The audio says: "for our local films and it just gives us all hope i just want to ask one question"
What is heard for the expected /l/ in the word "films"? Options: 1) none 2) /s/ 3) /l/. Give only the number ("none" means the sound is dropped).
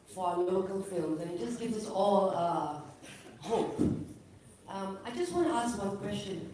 3